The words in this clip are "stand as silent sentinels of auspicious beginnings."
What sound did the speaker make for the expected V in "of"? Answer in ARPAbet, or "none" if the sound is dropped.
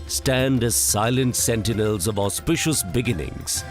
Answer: V